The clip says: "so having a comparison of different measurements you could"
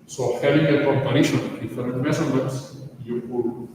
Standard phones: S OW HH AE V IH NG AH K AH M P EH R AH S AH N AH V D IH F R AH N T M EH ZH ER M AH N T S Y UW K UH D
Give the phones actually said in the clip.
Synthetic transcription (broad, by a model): S OW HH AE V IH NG AH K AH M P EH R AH SH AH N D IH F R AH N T M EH S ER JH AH T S Y UW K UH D